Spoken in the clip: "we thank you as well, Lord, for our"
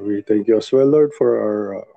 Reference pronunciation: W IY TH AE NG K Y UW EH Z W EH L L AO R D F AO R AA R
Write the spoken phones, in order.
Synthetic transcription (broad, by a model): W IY T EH NG K Y UW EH S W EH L L AO R D F AO R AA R